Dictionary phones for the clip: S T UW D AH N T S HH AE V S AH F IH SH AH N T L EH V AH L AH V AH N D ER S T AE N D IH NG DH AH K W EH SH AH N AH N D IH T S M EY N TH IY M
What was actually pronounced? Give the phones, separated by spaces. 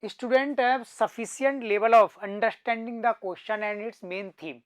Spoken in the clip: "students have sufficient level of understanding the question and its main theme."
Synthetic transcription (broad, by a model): S T UW D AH N T HH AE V S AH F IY S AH N T L EH V AH L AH F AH N D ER S T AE N D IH NG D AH K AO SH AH N AH N D IH T S M EY N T IY M